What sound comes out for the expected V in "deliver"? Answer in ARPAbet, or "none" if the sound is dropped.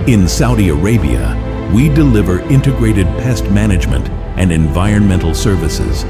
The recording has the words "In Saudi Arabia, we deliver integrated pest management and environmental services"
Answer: V